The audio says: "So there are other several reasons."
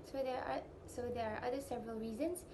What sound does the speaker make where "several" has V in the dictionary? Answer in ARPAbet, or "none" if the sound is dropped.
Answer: V